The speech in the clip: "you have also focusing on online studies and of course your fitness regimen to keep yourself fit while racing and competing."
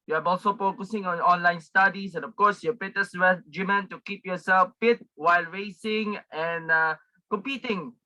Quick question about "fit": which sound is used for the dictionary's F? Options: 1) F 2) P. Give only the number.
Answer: 2